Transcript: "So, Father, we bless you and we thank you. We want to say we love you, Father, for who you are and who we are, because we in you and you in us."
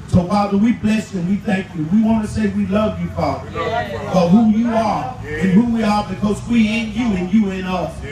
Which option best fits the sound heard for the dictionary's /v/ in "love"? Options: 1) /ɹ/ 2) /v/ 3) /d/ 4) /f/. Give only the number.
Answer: 2